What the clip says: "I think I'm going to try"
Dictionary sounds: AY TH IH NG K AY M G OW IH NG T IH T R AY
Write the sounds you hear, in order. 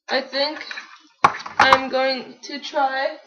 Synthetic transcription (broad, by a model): AY TH IH NG K AY M G OW IH NG T IH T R AY